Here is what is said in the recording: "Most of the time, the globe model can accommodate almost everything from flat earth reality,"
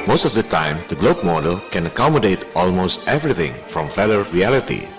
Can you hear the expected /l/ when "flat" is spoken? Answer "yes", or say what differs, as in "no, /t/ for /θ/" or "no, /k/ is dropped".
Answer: no, /l/ is dropped